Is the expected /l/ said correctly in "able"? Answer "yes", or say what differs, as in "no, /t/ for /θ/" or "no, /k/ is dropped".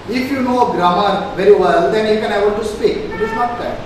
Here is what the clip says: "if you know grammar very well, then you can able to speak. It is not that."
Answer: no, /n/ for /l/